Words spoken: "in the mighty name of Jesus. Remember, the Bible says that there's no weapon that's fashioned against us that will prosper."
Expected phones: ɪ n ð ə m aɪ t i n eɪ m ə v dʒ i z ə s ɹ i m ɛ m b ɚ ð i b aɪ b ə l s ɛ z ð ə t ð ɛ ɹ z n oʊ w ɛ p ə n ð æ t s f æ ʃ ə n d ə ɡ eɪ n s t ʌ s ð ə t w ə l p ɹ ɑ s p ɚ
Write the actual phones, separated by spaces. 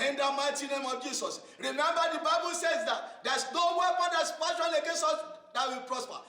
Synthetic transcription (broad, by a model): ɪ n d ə m aɪ t i n eɪ m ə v dʒ i s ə s ɹ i m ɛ m b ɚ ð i b aɪ b ə l s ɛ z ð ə t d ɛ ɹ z n oʊ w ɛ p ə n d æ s p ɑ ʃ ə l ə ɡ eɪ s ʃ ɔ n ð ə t w ə l p ɹ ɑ s p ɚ